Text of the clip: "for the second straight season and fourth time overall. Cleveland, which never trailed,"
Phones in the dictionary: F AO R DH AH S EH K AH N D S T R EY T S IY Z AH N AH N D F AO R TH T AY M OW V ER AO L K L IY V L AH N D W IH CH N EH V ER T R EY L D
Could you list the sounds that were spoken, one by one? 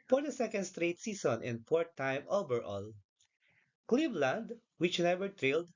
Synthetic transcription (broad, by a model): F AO R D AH S EH K AH N D S T R EY T S IY S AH N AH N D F AO R T AY M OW B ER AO L K L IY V L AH N D W IH CH N EH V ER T R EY L D